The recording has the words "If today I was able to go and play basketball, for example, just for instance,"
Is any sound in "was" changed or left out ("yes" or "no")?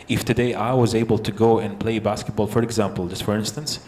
no